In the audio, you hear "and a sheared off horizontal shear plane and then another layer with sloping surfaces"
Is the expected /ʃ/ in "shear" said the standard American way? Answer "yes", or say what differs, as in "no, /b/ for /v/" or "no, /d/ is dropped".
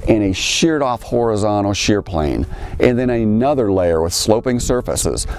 yes